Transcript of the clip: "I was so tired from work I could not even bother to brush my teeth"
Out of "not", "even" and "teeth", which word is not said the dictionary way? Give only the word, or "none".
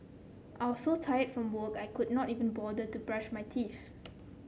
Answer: teeth